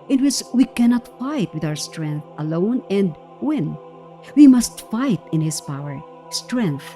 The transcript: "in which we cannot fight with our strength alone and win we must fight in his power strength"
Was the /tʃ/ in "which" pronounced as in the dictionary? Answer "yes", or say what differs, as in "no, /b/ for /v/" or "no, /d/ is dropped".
no, /s/ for /tʃ/